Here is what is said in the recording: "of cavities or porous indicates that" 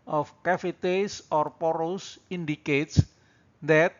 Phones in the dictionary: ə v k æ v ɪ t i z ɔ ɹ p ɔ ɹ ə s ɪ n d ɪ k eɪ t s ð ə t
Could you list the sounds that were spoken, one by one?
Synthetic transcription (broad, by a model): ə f k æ f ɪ t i s ɔ ɹ p ɔ ɹ ə s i n d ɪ k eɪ t s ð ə t